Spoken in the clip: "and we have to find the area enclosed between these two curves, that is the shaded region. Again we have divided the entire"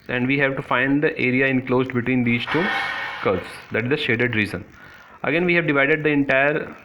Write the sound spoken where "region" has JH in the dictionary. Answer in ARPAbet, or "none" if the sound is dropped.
Z